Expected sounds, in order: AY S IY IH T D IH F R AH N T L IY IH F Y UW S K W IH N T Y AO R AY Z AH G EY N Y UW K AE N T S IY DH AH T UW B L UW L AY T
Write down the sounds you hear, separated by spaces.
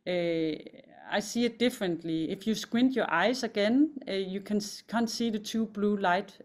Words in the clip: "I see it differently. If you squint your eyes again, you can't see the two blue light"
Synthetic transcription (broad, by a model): AY S IY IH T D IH F R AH N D L IY IH F Y UW S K W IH N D Y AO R AY S AH G EY N Y UW K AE N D S IY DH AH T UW B L UW L AY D